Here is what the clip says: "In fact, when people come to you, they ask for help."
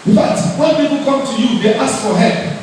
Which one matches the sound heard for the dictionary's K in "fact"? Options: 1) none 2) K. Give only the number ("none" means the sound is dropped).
1